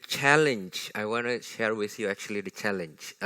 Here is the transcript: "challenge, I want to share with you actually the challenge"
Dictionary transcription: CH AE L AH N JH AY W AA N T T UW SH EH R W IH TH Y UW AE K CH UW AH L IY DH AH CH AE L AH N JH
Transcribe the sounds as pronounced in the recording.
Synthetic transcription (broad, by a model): CH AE L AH N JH AY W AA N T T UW SH EH R W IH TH Y UW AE K CH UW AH L IY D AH CH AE L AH N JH